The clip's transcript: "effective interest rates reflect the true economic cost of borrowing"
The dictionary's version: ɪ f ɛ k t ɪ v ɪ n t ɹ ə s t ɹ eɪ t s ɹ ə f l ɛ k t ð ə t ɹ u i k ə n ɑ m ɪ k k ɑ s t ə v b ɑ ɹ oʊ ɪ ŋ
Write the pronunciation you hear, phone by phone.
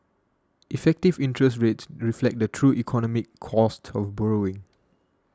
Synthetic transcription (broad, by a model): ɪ f ɛ k t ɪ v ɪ n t ɹ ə s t ɹ eɪ t s ɹ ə f l ɛ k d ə t ɹ u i k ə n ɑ m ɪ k k ɑ s t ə f b ɑ ɹ oʊ ɪ ŋ